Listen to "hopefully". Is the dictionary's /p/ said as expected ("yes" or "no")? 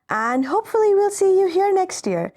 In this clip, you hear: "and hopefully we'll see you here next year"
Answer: yes